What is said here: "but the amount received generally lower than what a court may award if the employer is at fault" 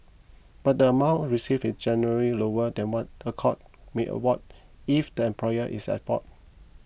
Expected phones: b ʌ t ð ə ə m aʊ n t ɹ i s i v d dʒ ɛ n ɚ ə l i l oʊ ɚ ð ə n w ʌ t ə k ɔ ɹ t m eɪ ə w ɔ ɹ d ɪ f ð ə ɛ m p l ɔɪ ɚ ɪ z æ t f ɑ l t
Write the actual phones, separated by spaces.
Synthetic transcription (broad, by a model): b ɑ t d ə ə m aʊ n t ɹ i s i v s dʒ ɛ n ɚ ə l i l oʊ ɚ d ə n w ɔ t ə k ɔ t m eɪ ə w ɔ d ɪ f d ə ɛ m p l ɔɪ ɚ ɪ s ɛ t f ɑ t